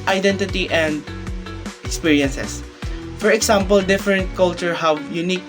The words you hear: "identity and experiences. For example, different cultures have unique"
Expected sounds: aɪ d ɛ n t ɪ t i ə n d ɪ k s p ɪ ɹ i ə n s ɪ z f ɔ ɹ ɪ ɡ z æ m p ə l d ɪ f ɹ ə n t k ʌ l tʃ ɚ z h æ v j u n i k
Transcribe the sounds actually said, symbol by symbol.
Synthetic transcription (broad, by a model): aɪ d ɛ n t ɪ t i ə n d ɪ k s p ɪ ɹ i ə n s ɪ s f ɔ ɹ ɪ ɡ s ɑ m p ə l d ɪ f ɹ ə n t k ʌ l tʃ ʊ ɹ h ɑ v j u n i k